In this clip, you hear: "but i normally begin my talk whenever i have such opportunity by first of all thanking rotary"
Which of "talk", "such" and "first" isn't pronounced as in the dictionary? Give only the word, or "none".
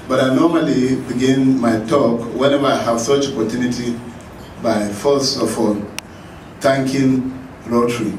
first